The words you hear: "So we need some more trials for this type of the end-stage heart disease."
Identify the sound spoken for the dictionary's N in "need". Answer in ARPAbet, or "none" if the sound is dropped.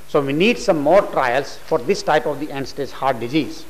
N